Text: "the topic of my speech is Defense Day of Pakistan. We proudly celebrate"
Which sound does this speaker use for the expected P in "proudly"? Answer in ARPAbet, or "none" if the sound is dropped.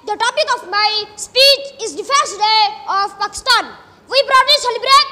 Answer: B